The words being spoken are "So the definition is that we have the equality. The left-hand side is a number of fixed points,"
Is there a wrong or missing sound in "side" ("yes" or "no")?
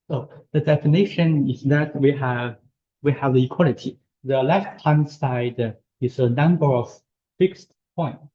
no